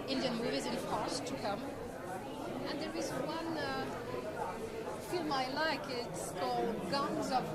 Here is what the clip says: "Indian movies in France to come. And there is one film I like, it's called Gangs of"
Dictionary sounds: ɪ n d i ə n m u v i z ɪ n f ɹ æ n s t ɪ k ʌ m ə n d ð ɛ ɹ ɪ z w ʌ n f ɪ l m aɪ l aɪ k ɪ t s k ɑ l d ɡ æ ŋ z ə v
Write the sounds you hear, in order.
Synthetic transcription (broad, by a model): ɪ n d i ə n m u v i z ɪ n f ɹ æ s t ɪ k ʌ m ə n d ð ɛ ɹ ɪ z w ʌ n f ɪ l m aɪ l aɪ k ɪ t s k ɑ l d ɡ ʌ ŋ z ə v